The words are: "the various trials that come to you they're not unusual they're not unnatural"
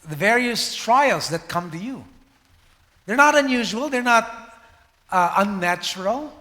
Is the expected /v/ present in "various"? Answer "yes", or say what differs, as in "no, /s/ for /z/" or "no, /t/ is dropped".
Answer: yes